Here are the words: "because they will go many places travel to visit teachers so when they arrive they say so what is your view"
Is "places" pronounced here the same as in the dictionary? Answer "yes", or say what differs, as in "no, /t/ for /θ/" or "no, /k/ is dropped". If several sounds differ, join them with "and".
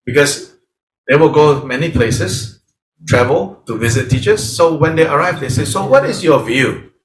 no, /s/ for /z/